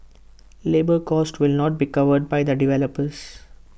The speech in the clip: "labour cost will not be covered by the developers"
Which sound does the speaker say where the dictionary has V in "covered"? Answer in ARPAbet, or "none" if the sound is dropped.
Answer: V